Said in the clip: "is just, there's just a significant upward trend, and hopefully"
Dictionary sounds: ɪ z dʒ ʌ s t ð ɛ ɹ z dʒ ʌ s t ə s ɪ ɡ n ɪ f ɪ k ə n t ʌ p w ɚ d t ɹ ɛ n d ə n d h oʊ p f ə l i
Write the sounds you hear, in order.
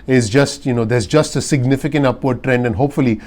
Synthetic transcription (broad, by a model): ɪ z dʒ ʌ s t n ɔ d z dʒ ʌ s t ə s ɪ ɡ n ɪ f ɪ k ə n t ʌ p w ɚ d t ɹ ɛ n d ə n h oʊ p f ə l i